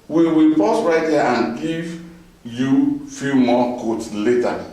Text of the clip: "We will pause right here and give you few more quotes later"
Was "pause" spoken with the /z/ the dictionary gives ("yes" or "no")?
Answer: no